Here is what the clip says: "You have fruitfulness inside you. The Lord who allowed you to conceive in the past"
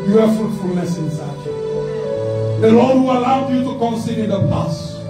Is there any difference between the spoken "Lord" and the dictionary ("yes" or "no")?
yes